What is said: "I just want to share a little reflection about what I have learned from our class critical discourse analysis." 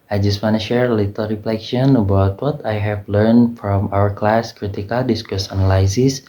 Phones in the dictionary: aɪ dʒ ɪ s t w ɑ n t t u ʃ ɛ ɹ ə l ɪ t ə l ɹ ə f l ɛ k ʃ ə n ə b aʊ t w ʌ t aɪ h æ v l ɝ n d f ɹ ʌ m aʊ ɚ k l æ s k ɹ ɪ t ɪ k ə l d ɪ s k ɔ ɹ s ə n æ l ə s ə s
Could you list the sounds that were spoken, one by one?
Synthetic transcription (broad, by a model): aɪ dʒ ɪ s t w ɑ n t t u ʃ ɛ ɹ ə l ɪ t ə l ɹ ə f l ɛ k ʃ ə n ə b aʊ t w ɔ t aɪ h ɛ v l ɝ n d f ɹ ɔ m aʊ ɚ k l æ s k ɹ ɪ t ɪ k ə l d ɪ s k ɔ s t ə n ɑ l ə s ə s